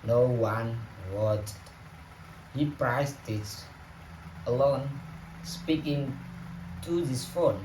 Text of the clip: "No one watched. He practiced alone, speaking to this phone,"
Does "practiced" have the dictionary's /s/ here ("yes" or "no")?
no